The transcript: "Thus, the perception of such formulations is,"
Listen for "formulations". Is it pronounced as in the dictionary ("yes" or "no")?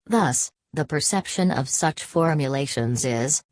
yes